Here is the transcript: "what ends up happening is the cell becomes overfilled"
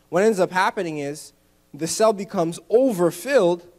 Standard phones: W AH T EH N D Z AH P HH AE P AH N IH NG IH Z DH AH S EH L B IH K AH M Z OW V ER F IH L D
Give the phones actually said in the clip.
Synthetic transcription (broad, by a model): W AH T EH N Z AH P HH AE P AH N IH NG IH Z DH AH S EH L B IH K AH M Z OW V ER F IH L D